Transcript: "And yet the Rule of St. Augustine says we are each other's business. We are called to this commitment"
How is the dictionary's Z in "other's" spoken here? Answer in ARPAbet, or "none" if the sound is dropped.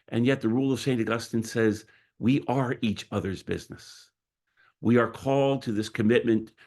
Z